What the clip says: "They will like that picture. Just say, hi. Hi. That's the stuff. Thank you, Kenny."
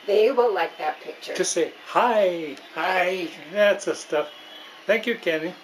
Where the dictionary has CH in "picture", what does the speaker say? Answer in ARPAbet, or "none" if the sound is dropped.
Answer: CH